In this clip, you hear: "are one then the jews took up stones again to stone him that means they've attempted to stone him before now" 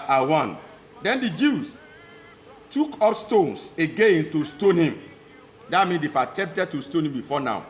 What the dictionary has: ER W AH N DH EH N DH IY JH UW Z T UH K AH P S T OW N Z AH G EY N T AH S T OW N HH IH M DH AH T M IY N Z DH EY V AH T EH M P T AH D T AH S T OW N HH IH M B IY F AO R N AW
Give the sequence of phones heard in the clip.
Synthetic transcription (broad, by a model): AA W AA N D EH N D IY JH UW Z T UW K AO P S T OW N S AH G EY N T AH S T OW N HH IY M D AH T M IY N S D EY F AH T EH M P T AH D T AH S T OW N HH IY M B IY F AO N AW